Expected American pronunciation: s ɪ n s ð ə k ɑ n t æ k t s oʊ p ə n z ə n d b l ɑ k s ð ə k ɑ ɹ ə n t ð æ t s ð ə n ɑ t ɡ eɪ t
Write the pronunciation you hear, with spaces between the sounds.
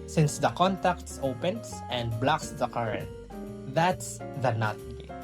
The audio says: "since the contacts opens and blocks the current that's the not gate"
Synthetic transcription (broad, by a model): s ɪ n s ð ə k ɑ n t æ k t s oʊ p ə n s ə n d b l ɑ k s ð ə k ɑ ɹ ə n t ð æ t s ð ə n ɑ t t